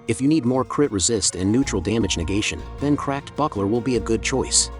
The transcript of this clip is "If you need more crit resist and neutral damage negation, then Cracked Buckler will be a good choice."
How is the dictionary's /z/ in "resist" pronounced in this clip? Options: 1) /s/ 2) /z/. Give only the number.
2